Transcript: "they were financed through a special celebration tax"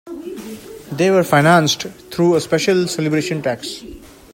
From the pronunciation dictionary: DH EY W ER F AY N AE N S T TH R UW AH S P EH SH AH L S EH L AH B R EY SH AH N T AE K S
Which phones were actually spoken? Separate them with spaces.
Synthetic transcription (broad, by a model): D EY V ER F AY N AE N S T T R UW AH S P EH SH AH L S EH L AH B R EY SH AH N T AE K S